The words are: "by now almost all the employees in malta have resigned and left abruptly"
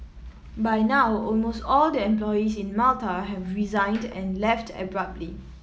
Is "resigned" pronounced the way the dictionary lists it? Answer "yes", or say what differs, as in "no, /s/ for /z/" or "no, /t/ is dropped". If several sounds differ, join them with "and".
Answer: yes